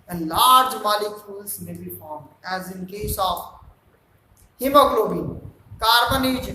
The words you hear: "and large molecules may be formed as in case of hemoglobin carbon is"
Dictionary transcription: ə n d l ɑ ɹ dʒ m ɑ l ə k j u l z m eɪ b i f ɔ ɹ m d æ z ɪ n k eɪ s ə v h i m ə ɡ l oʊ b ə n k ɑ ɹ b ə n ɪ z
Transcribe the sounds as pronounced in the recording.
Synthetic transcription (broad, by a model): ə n l ɑ ɹ dʒ m ɑ l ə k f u l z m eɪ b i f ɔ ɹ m æ z ɪ n k eɪ s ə f h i m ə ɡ l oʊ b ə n k ɑ ɹ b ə n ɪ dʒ